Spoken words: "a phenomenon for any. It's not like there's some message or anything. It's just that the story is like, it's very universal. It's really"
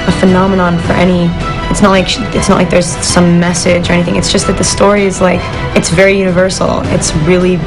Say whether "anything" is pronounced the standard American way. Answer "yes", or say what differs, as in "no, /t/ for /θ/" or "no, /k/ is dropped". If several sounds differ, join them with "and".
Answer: yes